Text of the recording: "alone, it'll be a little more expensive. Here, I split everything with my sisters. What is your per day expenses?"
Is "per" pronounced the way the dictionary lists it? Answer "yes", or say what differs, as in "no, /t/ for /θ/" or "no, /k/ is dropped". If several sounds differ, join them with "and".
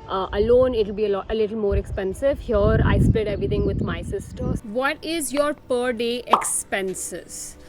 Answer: yes